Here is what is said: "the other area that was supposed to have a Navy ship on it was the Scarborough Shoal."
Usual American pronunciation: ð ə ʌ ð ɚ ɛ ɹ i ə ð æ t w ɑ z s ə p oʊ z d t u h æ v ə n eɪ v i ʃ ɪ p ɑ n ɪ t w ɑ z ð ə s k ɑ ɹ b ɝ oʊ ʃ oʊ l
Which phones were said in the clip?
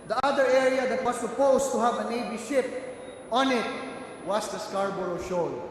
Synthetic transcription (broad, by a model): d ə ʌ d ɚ ɛ ɹ i ə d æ t w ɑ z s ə p oʊ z t u h æ v ə n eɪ b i ʃ ɪ p ɑ n ɪ t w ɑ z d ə s k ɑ ɹ b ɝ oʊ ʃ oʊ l